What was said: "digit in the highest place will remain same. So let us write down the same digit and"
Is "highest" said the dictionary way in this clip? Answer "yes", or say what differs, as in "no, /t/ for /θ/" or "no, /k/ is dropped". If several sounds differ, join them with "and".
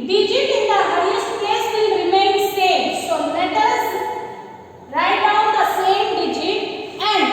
no, /s/ is dropped